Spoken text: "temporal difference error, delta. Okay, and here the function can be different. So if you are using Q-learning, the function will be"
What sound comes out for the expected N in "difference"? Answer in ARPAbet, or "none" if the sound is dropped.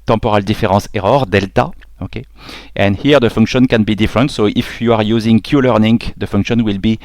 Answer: none